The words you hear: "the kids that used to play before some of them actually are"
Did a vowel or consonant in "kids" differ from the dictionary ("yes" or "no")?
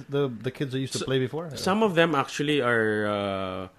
no